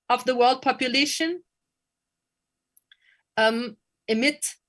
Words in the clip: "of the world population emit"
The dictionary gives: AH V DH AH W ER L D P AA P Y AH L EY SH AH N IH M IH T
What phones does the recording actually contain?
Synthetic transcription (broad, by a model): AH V DH AH W ER L D P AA P Y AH L EY SH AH N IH M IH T